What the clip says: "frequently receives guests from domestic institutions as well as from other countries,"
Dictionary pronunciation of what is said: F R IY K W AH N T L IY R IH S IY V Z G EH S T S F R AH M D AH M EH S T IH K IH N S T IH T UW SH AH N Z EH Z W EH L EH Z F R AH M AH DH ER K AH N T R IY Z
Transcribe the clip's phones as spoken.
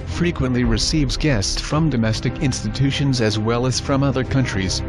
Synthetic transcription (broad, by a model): F R IY K W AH N T L IY R IH S IY V Z G EH S T S F R AH M D AH M EH S T IH K IH N S T IH T UW SH AH N Z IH Z W EH L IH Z F R AH M AH DH ER K AH N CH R IY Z